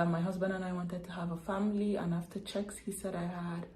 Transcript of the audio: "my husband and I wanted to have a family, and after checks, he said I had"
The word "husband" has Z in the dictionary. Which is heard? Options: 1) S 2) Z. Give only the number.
2